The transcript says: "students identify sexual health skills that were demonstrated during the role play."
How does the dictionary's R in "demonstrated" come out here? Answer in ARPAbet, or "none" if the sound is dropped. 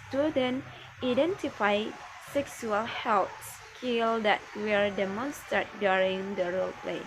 none